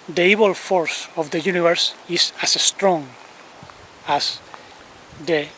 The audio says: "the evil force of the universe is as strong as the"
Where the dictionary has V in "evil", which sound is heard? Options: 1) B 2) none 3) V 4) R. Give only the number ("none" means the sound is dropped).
1